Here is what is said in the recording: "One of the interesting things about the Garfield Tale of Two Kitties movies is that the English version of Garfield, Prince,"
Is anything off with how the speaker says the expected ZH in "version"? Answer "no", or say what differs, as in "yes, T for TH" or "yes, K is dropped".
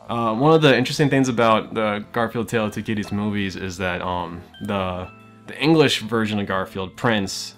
no